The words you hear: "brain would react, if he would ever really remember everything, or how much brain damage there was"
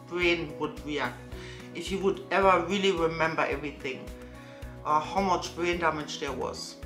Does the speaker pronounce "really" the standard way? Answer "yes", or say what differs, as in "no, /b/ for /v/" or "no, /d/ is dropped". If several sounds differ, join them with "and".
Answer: yes